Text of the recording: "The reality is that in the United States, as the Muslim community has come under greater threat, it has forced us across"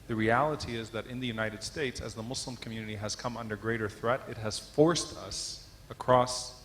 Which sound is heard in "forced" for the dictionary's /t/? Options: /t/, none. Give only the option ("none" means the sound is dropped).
/t/